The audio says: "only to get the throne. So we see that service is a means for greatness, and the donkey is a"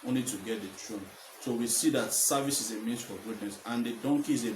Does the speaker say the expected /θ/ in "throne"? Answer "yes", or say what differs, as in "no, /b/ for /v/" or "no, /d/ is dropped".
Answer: no, /t/ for /θ/